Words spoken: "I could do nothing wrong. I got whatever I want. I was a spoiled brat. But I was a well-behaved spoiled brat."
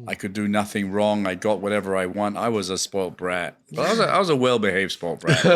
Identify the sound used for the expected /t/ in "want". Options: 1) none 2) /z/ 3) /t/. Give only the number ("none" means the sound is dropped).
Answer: 3